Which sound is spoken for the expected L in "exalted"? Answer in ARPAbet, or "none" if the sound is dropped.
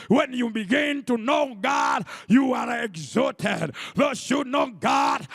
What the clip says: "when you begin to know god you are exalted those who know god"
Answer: none